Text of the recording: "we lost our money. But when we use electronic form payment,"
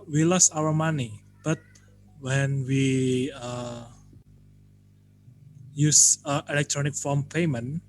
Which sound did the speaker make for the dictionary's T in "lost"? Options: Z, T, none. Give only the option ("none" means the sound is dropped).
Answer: none